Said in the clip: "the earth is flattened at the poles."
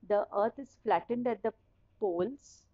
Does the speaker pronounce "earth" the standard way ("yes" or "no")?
no